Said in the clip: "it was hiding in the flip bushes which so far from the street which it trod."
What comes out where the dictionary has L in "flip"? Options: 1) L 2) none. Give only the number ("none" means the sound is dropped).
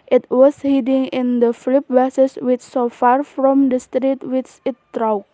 1